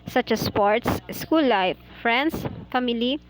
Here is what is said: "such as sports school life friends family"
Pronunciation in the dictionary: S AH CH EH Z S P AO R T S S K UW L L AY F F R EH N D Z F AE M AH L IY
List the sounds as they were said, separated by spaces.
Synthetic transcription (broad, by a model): S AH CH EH S P AO R T S S K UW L L AY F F R EH N D S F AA M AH L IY